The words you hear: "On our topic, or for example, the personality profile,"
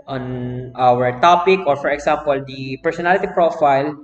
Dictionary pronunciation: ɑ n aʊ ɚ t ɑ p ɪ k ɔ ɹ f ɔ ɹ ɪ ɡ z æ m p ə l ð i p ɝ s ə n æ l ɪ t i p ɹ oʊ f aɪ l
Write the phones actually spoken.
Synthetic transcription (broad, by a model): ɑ n aʊ ɚ t ɑ p ɪ k ɔ ɹ f ɔ ɹ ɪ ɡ s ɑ m p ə l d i p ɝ s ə n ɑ l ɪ t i p ɹ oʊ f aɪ l